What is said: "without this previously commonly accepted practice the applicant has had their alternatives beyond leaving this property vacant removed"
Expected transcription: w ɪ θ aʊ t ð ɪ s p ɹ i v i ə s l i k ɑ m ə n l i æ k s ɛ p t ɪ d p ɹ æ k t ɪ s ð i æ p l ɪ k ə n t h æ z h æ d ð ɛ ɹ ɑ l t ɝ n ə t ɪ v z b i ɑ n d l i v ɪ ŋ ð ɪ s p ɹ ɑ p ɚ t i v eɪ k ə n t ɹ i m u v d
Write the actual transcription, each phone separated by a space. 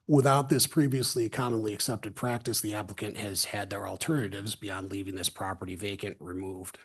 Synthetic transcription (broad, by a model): w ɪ θ aʊ t ð ɪ s p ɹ i v i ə s l i k ɑ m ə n l i æ k s ɛ p t ɪ d p ɹ æ k t ɪ s ð i æ p l ɪ k ə n t h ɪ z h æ d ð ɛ ɹ ɑ l t ɝ n ə t ɪ v z b i ɑ n d l i v ɪ ŋ ð ɪ s p ɹ ɑ p ɚ t i v eɪ k ə n t ɹ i m u v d